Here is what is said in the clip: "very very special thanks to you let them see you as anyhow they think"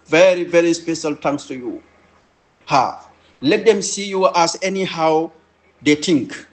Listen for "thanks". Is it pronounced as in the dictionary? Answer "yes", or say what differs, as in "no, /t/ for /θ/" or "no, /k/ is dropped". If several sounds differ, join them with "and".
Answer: no, /t/ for /θ/